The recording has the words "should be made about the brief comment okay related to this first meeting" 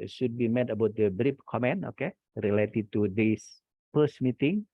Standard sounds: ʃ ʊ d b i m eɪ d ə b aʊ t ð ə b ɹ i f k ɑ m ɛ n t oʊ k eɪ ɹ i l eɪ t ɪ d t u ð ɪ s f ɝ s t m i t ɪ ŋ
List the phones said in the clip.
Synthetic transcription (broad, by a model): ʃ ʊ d b i m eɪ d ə b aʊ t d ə b ɹ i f k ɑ m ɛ n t oʊ k eɪ ɹ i l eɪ t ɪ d t u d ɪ s p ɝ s m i t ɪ ŋ